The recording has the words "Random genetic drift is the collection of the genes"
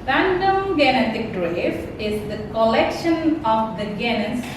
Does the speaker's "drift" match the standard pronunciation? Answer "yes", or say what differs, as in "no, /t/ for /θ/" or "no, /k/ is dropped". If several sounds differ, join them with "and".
no, /t/ is dropped